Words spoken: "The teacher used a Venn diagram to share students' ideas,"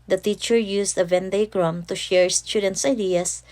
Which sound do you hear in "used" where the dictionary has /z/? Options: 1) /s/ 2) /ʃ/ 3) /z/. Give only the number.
1